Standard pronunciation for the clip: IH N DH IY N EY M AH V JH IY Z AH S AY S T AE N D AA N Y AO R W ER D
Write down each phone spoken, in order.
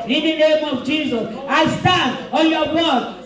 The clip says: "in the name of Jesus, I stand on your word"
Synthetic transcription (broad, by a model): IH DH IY N EY M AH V JH IY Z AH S AY S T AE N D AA L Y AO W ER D